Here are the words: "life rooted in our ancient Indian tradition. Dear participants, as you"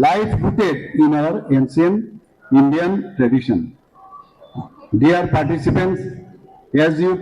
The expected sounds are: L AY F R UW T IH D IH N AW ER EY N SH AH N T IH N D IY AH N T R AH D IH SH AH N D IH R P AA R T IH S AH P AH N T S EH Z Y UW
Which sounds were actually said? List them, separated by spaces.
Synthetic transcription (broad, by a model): L AY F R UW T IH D IH N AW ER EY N S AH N IH N D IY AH N T R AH D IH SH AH N D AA R P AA R T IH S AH P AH N T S EH Z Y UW